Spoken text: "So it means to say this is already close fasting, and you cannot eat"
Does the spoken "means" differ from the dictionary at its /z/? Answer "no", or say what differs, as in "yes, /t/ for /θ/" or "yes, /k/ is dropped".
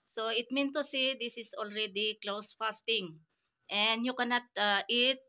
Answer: yes, /z/ is dropped